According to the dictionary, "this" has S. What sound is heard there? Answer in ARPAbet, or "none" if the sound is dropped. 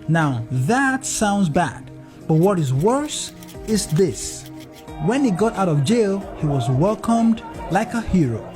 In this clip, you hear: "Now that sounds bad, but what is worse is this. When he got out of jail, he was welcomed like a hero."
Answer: S